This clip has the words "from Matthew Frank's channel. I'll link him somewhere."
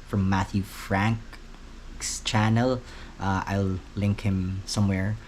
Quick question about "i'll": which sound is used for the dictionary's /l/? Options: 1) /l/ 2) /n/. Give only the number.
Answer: 1